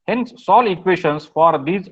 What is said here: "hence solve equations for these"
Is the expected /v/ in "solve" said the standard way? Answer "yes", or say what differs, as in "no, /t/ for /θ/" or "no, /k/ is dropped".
no, /v/ is dropped